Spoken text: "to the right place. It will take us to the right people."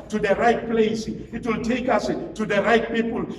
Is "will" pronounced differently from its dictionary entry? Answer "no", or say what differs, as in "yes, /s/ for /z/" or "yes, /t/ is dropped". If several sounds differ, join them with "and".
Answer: no